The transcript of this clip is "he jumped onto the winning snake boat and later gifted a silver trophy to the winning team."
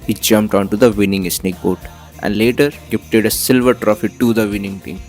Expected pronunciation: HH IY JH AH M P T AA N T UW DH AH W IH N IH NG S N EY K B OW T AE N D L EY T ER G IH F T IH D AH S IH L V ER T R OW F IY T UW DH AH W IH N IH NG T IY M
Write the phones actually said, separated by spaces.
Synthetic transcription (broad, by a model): HH IY JH AH M P T AA N T UW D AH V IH N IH NG S N EY K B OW T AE N D L EY T ER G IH P T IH D AH S IH L V ER T R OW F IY T UW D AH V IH N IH NG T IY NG